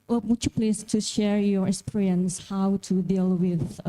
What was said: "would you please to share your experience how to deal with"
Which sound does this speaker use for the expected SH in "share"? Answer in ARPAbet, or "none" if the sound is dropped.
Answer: SH